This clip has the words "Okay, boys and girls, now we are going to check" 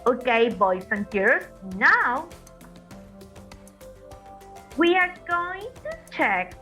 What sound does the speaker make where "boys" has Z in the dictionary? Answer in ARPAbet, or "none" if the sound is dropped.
S